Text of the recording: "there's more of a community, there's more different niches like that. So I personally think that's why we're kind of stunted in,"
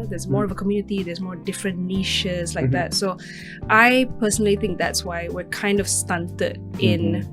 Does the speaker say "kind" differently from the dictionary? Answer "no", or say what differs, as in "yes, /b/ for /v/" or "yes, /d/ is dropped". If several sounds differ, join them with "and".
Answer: no